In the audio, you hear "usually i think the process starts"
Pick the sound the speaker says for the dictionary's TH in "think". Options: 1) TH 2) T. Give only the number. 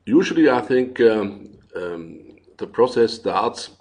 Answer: 1